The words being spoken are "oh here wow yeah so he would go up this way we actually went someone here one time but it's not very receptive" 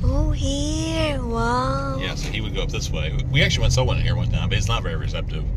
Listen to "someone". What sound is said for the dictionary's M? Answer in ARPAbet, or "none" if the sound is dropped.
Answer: none